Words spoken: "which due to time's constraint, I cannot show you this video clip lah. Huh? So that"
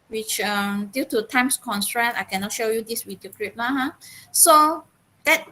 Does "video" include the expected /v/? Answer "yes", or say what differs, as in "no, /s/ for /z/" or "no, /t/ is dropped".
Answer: no, /w/ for /v/